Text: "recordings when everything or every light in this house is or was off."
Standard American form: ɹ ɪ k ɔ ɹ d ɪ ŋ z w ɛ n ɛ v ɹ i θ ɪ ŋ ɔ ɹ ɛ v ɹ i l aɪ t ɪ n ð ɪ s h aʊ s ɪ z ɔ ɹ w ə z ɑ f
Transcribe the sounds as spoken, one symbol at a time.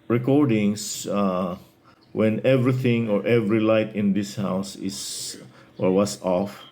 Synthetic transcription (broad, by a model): ɹ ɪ k ɔ ɹ d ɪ ŋ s w ɛ n ɛ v ɹ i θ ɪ ŋ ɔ ɹ ɛ v ɹ i l aɪ t ɪ n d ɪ s h aʊ s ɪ s ɔ ɹ w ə s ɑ f